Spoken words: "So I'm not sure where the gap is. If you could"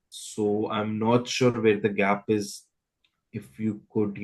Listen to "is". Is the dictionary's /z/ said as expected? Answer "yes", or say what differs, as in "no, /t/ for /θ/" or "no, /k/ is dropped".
yes